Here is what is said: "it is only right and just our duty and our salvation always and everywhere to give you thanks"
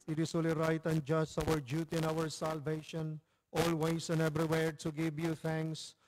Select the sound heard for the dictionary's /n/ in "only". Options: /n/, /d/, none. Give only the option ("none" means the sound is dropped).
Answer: none